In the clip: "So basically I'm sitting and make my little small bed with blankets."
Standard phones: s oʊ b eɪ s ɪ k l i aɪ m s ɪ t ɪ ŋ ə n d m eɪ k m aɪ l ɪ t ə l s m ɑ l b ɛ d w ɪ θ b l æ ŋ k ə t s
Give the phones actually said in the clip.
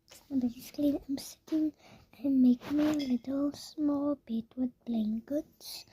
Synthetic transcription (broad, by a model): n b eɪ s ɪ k l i aɪ m s ɪ t ɪ ŋ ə n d m eɪ k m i l ɪ t ə l s m ɑ l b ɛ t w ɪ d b l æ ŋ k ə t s